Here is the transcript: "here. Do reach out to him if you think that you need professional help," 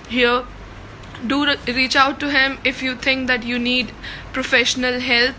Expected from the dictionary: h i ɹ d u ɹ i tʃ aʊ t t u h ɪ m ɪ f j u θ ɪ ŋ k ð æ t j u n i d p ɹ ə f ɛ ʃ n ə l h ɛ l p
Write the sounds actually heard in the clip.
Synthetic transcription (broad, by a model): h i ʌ d u ɹ i tʃ aʊ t t u h ɪ m ɪ f j u t ɪ ŋ k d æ t j u n i d p ɹ ə f ɛ ʃ n ə l h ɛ l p